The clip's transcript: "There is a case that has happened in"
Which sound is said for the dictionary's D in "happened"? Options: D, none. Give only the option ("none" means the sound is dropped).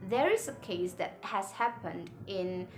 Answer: D